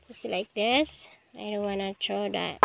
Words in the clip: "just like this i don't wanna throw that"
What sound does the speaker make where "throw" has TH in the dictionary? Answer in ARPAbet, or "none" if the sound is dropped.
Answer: T